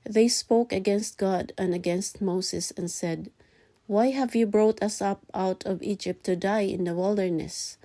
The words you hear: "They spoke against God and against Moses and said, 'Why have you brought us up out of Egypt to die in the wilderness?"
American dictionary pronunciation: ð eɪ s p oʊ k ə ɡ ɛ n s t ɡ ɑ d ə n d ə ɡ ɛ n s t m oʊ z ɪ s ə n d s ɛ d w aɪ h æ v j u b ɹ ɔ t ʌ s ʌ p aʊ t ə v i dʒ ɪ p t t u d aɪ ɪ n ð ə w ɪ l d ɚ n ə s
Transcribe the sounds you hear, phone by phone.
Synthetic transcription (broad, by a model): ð eɪ s p oʊ k ə ɡ ɛ n s t ɡ ɑ d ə n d ə ɡ ɛ n s t m oʊ s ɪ s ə n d s ɛ d w aɪ h æ v j u b ɹ ɔ t ʌ s ʌ p aʊ t ə v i dʒ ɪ p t t u d aɪ ɪ n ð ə w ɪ l d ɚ n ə s